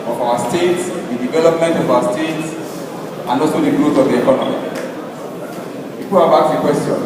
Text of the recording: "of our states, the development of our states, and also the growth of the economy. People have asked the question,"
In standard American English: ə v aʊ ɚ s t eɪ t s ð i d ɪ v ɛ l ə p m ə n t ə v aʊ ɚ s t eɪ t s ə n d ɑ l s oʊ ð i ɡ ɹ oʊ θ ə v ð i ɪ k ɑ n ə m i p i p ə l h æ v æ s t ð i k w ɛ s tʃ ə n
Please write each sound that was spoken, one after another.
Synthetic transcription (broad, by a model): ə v aʊ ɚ s t eɪ t s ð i d ɪ v ɛ l ə p m ə n t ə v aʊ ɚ s t eɪ t s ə n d ɑ l s oʊ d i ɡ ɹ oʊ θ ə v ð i ɪ k ɑ n ə m i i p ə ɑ b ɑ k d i k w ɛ s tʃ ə n